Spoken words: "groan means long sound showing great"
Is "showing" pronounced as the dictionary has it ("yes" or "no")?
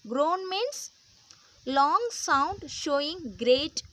yes